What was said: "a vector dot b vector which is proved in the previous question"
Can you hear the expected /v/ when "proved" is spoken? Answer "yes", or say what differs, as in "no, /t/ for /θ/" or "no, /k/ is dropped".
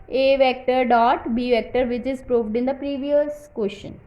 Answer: yes